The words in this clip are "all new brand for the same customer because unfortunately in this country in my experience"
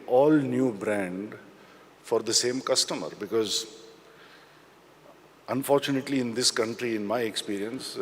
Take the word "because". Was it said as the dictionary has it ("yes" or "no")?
yes